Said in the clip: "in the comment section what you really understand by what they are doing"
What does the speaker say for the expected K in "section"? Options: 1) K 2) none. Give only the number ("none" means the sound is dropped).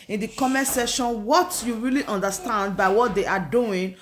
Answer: 2